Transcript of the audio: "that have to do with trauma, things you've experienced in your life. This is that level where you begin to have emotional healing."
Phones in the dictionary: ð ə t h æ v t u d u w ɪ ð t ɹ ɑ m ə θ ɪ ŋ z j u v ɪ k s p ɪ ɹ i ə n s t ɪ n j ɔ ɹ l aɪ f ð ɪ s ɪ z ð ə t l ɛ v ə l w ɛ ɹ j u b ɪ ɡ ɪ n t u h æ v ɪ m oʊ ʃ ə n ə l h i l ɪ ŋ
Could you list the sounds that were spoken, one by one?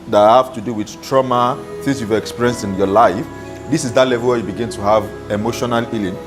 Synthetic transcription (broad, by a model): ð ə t h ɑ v t u d u w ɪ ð t ɹ ɑ m ə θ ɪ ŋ s j u v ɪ k s p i ɹ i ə n s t ɪ n j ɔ l aɪ f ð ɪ s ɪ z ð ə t l ɛ v ə l w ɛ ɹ j u b ɪ ɡ ɪ n t u h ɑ v ɪ m oʊ ʃ ə n ə l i l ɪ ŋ